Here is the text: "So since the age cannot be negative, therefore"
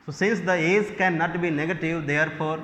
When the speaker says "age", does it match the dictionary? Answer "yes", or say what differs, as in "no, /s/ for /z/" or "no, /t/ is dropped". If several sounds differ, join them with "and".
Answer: no, /z/ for /dʒ/